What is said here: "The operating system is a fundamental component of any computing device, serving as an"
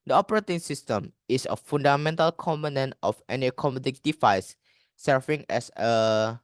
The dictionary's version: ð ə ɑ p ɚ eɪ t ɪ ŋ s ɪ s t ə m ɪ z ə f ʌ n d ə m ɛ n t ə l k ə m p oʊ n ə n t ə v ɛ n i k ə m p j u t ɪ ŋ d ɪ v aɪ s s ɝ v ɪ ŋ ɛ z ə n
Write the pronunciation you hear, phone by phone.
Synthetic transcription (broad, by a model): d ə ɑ p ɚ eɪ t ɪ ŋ s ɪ s t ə m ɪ s ə f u n d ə m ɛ n t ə l k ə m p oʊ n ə n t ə f ɛ n i k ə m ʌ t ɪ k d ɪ f aɪ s s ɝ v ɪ ŋ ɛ s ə